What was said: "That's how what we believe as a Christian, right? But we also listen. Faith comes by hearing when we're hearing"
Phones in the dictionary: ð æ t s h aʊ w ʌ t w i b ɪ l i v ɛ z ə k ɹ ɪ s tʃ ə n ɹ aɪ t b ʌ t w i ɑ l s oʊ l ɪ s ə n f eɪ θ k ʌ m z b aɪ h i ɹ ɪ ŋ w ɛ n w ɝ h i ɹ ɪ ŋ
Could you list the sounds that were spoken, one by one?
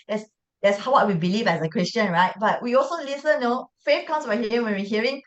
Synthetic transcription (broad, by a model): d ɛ t s h aʊ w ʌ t w i b ɪ l i v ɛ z ə k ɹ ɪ s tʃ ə n ɹ aɪ t b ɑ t w i ɑ l s oʊ l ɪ s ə n f eɪ f k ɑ m s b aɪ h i ɪ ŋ w ɛ n w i h i ɹ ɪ ŋ